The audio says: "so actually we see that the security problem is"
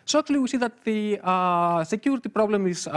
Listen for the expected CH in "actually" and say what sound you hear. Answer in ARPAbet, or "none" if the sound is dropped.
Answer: none